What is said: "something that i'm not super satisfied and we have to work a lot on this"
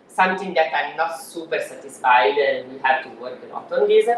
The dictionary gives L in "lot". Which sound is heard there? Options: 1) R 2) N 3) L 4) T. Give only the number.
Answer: 2